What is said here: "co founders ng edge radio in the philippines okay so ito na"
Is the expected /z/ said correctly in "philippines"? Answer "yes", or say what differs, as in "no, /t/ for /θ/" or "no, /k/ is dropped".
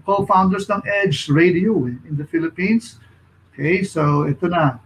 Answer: no, /s/ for /z/